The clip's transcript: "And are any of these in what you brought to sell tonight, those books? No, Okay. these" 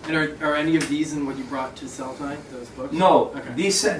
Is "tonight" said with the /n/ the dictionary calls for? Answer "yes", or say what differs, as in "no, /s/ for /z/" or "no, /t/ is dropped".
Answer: no, /n/ is dropped